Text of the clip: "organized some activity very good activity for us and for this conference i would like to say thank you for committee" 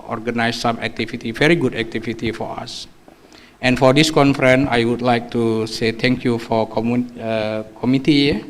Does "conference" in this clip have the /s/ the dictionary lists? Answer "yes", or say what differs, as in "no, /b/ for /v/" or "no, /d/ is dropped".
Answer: no, /s/ is dropped